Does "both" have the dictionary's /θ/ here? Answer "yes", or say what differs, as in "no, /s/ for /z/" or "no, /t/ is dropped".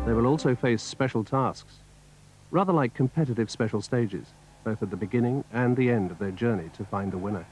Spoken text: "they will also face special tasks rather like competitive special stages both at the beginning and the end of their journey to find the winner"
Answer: yes